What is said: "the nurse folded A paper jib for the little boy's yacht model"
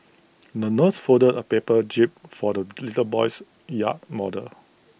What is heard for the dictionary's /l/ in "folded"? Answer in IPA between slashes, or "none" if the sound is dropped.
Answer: none